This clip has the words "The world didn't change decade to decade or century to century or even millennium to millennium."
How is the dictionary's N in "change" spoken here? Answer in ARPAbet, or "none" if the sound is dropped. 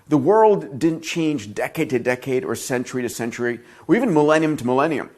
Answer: N